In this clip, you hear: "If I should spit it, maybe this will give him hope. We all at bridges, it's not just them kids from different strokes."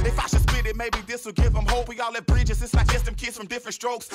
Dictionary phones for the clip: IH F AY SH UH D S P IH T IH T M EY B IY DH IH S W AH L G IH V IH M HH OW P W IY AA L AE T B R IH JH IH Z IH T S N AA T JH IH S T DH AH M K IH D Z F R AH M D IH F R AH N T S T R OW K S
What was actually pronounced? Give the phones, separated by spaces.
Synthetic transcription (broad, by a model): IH F AY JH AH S B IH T IH T M EY B IY DH IH S W AH L G IH V IH M HH OW P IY AA L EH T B R IH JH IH Z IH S L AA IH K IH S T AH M K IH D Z F R AH M D IH F R AH N T S T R OW K S